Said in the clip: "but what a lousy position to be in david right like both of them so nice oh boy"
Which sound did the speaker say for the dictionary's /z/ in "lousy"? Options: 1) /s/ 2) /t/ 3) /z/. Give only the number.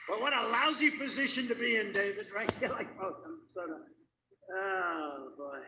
3